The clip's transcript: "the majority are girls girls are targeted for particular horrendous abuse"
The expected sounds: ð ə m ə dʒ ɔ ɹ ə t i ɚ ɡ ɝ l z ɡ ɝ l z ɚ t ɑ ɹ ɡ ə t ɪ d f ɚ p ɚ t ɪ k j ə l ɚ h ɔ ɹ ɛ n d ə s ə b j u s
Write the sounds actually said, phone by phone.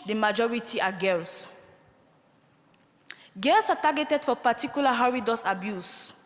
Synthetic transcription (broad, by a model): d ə m ə dʒ ɔ ɹ ə t i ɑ ɡ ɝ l s ɡ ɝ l s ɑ t ɑ ɡ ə t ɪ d f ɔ p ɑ t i k j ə l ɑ h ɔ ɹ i d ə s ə b j u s